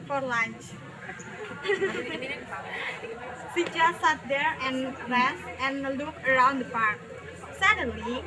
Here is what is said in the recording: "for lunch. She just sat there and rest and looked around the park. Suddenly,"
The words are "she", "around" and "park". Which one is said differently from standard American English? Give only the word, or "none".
she